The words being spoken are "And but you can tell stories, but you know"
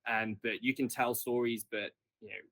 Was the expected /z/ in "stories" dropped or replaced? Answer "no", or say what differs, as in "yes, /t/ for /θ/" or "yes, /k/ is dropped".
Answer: no